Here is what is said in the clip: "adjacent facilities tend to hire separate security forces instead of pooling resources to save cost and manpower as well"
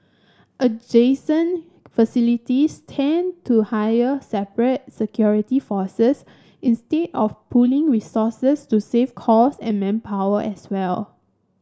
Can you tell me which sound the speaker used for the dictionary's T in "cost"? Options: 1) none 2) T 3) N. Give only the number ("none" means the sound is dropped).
1